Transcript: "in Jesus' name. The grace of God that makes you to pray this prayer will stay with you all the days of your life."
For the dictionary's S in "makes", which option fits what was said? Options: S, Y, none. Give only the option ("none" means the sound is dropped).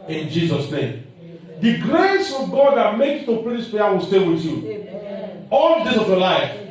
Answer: none